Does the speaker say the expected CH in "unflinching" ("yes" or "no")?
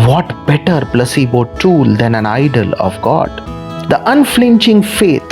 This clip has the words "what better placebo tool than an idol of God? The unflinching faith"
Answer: yes